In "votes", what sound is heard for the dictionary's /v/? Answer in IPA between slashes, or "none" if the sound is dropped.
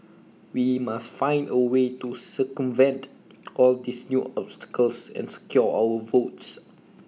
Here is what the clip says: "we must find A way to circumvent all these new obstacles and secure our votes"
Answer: /v/